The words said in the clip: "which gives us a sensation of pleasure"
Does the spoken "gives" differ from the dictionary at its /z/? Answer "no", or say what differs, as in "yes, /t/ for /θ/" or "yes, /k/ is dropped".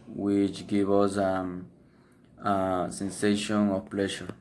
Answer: yes, /z/ is dropped